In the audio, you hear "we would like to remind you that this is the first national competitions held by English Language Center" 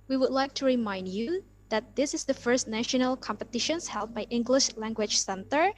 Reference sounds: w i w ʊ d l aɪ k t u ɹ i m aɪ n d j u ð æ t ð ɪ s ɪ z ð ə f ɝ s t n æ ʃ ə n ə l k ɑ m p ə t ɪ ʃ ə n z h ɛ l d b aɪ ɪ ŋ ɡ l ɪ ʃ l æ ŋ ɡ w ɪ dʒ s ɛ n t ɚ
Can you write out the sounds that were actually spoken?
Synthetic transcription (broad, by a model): w i w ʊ d l aɪ k t u ɹ i m aɪ n d j u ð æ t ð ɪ s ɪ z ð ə f ɝ s t n æ ʃ ə n ə l k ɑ m p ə t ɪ ʃ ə n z h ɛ l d b aɪ ɪ ŋ ɡ l ɪ ʃ l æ ŋ ɡ w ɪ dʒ s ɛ n t ɚ